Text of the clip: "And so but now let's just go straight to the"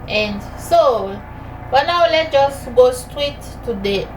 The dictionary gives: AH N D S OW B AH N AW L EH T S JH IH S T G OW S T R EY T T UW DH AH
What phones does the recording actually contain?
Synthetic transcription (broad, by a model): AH N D S OW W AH N AW L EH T JH IH S T G OW S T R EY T T UW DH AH